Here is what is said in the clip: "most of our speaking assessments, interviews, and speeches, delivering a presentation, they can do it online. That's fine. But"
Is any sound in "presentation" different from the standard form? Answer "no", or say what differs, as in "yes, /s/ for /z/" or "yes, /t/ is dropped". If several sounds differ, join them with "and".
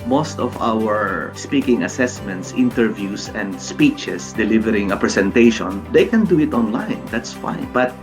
yes, /s/ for /z/